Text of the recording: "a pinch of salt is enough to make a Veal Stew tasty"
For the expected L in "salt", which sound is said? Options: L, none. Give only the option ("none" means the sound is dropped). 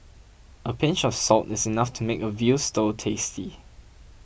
L